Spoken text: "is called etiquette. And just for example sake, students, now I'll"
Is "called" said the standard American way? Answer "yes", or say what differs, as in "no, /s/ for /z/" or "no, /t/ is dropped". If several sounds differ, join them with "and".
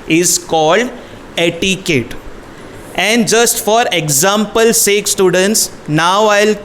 yes